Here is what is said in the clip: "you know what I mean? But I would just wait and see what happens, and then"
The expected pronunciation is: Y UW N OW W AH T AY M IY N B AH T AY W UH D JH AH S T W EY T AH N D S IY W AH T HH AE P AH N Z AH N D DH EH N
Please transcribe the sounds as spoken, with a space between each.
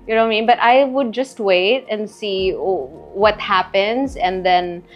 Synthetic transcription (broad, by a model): Y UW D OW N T M IY N B AH T AY W UH D JH AH S T W EY T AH N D S IY W AH T HH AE P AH N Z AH N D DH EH N